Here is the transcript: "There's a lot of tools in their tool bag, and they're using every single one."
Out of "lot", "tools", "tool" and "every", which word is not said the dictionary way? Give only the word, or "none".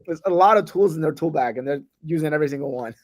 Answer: none